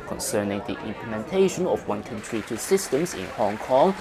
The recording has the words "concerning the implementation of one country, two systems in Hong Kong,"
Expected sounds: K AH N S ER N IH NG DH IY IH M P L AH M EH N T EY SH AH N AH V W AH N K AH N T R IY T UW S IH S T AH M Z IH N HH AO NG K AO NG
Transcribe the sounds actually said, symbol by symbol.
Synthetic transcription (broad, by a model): K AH N S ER N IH NG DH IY IH M P L AH M EH N T EY SH AH N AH F W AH N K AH N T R IY T UW S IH S T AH M S IH N HH AO NG K AO NG